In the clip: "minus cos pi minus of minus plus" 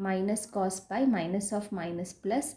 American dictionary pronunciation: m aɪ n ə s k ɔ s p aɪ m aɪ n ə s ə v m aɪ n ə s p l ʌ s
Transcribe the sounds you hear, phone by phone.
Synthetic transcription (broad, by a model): m aɪ n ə s k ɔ s b aɪ m aɪ n ə s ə f m aɪ n ə s p l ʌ s